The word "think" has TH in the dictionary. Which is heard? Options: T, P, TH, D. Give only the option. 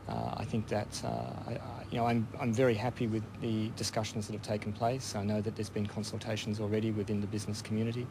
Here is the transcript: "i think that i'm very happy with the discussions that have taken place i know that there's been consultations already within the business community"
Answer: TH